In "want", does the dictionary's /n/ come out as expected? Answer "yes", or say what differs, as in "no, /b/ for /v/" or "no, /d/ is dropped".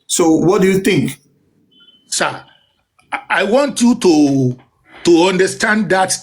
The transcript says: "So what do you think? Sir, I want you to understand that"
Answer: yes